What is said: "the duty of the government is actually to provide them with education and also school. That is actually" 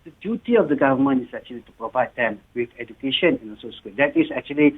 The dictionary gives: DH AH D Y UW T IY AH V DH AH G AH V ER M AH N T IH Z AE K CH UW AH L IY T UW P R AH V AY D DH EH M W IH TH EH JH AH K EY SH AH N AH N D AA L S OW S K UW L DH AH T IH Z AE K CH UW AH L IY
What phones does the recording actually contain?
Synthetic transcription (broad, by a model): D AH D Y UW T IY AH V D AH G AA V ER M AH N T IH S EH K CH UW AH L IY T UW P R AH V AY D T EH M W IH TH EH JH AH K EY SH AH N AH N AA N S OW S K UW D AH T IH S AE K CH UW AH L IY